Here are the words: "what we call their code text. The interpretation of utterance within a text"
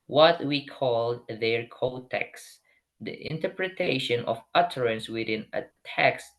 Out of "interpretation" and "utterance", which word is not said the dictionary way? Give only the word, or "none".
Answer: none